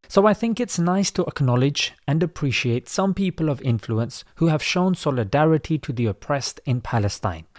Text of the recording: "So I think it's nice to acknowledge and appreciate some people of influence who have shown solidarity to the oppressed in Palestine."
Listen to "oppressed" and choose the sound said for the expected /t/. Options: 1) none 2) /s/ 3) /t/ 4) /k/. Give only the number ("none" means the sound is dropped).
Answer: 3